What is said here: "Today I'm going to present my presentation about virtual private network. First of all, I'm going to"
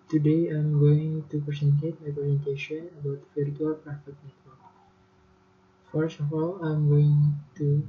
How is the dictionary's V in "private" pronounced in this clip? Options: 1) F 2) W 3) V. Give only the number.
1